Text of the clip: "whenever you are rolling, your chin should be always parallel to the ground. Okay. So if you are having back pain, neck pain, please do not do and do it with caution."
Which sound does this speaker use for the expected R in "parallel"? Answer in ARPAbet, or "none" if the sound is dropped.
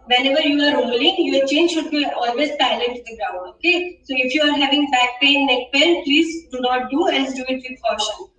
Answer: none